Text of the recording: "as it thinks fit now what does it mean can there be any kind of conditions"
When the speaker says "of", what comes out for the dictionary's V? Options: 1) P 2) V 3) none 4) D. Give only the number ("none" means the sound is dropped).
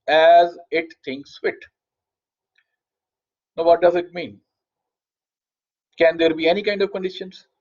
2